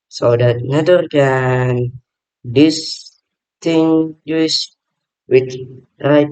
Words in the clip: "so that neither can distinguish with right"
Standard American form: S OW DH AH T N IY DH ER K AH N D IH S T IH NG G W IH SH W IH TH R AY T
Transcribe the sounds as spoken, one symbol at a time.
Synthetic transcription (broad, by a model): S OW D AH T N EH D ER K AH N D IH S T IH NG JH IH S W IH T R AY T